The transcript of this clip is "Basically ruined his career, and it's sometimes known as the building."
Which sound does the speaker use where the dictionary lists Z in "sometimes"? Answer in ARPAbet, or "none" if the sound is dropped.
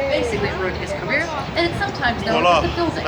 Z